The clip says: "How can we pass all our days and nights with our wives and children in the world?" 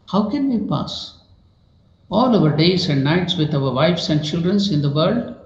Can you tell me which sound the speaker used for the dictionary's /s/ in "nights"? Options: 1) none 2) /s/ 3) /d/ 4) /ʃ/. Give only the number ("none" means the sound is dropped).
2